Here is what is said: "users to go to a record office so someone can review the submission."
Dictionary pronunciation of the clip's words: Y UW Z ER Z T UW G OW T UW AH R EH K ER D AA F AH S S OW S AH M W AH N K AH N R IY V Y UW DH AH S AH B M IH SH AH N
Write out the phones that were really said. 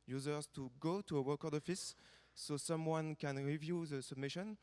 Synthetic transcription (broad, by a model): Y UW Z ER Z T UW G OW T UW AH W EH K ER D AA F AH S S OW S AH M W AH N K AH N R IY V Y UW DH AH S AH B M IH SH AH N